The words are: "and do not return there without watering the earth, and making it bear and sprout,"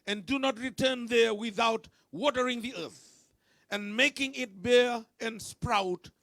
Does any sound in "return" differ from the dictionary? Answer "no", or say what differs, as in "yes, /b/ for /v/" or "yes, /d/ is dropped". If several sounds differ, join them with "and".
no